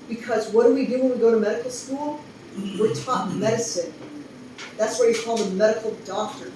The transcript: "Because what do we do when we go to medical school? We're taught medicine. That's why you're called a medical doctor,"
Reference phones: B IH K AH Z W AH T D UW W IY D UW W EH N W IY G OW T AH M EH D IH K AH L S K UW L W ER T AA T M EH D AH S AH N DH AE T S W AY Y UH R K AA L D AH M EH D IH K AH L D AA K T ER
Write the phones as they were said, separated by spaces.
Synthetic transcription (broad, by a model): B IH K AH Z W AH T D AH W IY D UW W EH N W IY G OW T AH M EH D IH K L S K UW L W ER T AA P M EH D AH S AH N DH AE T S W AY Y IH K AA L AH M EH D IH K L D AA K T ER